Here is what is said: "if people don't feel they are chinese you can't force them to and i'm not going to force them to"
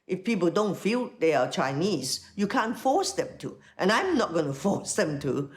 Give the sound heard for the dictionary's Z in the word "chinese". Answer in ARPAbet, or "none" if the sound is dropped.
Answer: S